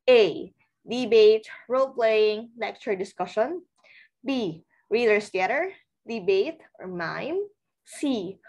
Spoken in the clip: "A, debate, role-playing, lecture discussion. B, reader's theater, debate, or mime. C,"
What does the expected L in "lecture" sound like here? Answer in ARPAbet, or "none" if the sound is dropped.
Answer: N